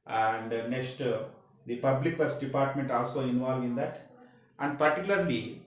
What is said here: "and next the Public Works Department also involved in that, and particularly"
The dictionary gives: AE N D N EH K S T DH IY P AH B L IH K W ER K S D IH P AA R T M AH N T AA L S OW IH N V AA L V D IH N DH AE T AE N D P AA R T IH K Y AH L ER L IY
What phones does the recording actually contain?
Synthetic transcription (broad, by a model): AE N D N EH K S T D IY P AH B L IH K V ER S D IH P AA R T M AH N T AA L S OW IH N V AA L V IH N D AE T AE N D P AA R T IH K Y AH L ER L IY